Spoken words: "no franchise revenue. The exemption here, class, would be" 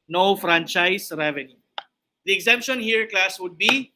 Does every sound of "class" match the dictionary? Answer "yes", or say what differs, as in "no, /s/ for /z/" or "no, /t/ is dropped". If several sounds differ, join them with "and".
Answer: yes